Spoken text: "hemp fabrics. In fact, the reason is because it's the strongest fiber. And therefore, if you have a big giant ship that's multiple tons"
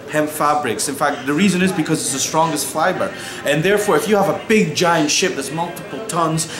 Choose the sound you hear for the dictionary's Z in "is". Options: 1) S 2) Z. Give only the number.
2